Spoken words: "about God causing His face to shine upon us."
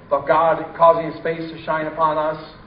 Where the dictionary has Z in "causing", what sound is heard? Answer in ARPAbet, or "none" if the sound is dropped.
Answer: Z